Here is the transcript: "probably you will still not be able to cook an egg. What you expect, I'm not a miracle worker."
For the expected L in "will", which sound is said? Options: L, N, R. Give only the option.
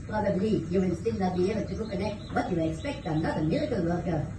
N